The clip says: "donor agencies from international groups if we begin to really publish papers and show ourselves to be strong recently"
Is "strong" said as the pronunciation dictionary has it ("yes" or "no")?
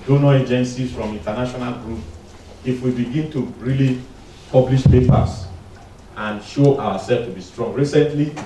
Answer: yes